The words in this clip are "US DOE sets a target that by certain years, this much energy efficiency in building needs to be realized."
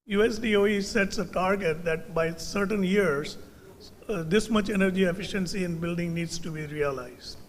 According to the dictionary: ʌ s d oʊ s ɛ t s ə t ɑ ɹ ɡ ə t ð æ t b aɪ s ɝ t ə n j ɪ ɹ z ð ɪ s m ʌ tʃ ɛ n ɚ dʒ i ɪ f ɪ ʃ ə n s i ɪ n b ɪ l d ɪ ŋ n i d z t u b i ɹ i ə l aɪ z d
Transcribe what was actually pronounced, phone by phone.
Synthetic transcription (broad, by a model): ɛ s d oʊ s ɛ t s ə t ɑ ɹ ɡ ə t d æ t b aɪ s ɝ t ə n j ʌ ɹ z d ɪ s m ʌ tʃ ɛ n ɚ dʒ i ɪ f ɪ ʃ ə n s i ɪ n b ɪ l d ɪ ŋ n i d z t u b i ɹ i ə l aɪ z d